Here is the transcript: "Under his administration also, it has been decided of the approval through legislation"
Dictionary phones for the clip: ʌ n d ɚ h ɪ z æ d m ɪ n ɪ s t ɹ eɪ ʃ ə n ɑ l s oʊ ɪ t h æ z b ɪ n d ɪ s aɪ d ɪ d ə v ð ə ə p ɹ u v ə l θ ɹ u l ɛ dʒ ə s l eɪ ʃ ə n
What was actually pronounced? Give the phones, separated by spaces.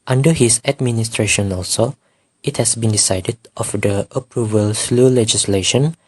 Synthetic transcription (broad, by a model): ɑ n d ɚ h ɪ s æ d m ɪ n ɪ s t ɹ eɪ ʃ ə n ɑ l s oʊ ɪ t h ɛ s b ɪ n d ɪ s aɪ d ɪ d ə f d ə ə p ɹ u v ə l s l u l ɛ dʒ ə s l eɪ ʃ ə n